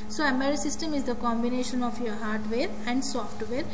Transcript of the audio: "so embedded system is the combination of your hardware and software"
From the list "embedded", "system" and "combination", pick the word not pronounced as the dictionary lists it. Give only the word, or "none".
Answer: embedded